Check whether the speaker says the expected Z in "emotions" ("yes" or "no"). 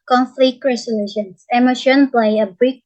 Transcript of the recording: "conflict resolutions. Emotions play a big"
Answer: no